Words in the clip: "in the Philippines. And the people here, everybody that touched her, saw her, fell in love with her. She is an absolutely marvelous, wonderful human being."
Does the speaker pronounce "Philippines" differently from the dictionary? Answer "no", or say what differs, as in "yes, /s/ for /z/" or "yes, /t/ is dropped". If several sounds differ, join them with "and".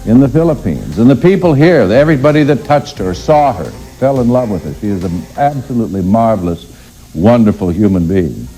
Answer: no